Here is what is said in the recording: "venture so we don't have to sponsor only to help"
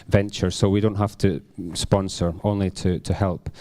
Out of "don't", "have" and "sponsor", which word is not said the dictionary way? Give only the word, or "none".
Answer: have